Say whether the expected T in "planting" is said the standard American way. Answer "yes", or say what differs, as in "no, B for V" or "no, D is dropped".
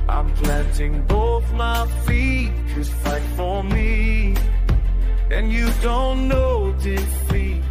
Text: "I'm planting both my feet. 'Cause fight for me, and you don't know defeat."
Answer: no, S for T